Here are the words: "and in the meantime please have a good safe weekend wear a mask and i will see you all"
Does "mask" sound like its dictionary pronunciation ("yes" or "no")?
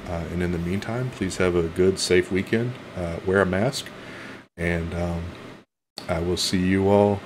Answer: yes